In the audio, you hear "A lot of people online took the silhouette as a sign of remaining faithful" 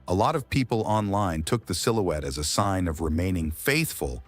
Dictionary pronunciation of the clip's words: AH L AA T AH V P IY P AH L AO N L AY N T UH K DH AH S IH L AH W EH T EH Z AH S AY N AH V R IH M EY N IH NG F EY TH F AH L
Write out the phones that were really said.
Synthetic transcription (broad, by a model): AH L AA T AH V P IY P L AO N L AY N T UH K DH AH S IH L AH W EH T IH Z AH S AY N AH V R IH M EY N IH NG F EY TH F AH L